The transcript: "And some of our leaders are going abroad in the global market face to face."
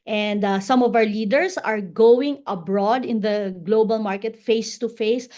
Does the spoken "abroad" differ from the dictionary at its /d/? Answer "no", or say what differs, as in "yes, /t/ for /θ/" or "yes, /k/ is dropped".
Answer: no